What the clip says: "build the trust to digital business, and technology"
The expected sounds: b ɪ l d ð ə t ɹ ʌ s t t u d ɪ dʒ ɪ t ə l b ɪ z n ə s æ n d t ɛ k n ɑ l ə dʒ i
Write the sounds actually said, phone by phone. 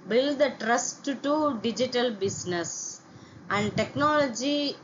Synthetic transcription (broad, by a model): b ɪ l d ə t ɹ ʌ s t t u d ɪ dʒ ɪ t ə l b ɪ s n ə s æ n d t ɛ k n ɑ l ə dʒ i